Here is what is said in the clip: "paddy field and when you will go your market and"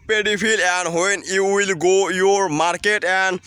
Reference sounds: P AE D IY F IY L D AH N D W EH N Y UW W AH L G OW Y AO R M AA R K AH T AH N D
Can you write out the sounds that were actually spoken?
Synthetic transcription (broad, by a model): P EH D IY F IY L AH N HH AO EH N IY W AH L G OW Y AO R M AA R K AH T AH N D